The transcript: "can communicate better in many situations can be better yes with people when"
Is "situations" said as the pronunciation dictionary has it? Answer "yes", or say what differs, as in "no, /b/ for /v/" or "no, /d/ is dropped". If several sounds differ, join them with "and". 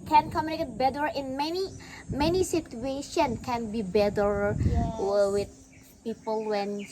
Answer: no, /z/ is dropped